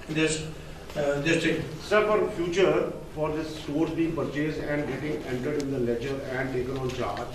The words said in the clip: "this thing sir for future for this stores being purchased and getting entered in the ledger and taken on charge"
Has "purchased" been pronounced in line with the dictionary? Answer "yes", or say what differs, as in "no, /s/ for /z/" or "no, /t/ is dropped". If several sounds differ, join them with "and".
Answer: no, /t/ is dropped